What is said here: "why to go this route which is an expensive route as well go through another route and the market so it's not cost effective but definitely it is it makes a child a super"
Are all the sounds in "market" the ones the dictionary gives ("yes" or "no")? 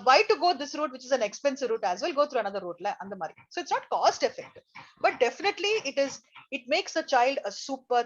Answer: no